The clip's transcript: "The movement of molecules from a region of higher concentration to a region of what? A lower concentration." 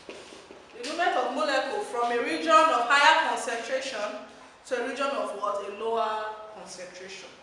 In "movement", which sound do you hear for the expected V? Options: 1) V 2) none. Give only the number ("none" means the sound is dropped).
2